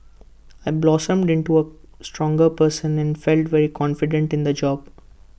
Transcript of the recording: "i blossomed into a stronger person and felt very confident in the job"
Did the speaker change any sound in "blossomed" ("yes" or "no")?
no